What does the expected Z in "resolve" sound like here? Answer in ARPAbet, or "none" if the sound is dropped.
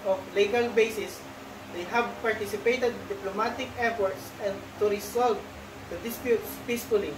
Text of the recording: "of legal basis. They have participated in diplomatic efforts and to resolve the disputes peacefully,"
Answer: S